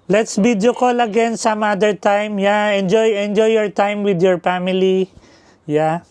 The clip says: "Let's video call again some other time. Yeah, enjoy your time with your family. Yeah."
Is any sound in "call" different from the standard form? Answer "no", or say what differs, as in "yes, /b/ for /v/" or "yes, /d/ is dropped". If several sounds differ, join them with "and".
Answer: no